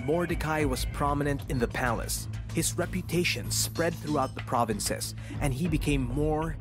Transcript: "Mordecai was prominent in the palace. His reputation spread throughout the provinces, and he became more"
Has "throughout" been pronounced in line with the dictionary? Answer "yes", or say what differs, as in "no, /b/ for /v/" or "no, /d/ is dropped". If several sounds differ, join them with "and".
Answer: yes